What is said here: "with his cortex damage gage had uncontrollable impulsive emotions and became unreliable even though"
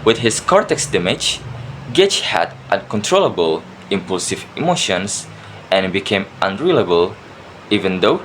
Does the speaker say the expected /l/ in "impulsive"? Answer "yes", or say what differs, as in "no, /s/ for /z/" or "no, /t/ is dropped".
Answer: yes